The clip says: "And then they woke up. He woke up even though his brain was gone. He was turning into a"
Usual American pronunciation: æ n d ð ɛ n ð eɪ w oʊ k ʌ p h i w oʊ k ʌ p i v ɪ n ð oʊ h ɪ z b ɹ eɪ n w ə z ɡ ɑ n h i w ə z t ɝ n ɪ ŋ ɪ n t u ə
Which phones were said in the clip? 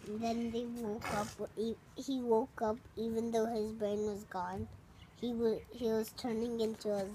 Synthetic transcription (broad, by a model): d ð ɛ n ð eɪ w oʊ k ʌ p h i w oʊ k ʌ p i v ɪ n ð oʊ h ɪ z b ɹ eɪ n w ə z ɡ ɑ n h i w ə z t ɝ n ɪ ŋ ɪ n t u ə